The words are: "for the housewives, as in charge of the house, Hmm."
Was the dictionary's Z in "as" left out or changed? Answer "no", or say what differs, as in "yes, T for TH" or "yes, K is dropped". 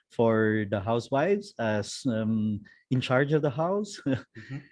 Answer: yes, S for Z